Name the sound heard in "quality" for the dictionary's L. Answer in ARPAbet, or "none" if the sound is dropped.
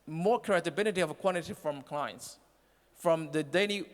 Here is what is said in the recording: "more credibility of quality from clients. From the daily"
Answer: N